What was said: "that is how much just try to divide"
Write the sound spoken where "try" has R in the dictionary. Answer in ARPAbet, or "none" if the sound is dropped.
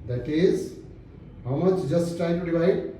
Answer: none